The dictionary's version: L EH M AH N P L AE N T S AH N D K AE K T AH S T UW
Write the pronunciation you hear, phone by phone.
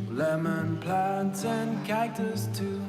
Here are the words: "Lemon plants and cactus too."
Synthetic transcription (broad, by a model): L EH M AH N P L AE N T S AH N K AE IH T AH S T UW